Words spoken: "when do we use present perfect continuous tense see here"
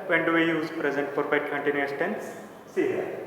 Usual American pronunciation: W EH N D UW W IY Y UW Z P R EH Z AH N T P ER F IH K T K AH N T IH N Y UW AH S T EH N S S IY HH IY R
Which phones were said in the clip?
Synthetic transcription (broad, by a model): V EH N D UW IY Y UW Z P R EH Z AH N T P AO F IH T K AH N T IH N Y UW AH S T EH N S S IY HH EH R